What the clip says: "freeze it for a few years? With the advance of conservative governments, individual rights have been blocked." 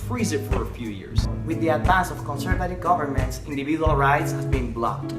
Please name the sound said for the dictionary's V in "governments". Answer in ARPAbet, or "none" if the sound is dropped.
V